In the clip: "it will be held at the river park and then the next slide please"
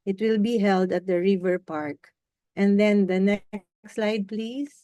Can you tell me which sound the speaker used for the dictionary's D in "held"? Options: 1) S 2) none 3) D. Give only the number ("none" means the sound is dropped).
3